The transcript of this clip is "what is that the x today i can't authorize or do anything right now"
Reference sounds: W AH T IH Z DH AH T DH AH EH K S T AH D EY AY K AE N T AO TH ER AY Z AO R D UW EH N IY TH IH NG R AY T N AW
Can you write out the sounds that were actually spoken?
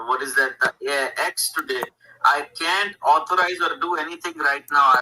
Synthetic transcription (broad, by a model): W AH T IH Z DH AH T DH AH EH K S T AH D EY AY K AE N T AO T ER AY Z AO R D UW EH N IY T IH NG R AY T N AW